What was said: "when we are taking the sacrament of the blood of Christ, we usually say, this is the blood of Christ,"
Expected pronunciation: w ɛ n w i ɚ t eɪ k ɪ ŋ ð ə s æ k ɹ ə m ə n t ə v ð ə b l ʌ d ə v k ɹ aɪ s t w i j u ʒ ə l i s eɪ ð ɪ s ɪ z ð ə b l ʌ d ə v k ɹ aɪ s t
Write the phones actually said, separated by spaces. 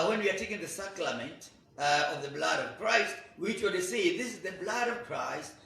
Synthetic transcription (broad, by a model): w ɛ n w i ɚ t eɪ k ɪ ŋ ð ə s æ k l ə m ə n t ə v ð ə b l ʌ d ə v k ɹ aɪ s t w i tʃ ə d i s eɪ ð ɪ s ɪ z ð ə b l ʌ d ə v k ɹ aɪ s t